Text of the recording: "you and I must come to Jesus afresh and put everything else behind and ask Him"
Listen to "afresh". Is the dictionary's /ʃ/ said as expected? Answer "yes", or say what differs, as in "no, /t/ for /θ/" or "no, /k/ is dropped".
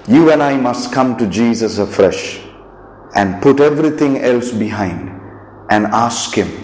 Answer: yes